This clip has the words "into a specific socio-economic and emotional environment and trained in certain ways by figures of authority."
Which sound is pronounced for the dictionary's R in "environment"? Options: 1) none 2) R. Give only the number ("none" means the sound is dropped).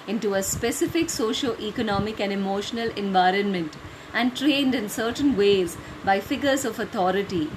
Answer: 2